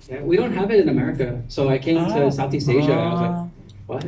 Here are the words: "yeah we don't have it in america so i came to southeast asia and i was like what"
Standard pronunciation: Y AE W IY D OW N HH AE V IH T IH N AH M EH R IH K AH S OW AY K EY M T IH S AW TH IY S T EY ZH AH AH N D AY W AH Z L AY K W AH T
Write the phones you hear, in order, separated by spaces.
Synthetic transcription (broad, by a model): Y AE W IY D OW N HH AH V IH T IH N AH M EH R IH K AH S OW AY K EY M T IH S AW TH IY S T EY ZH AH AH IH W AH Z L AY K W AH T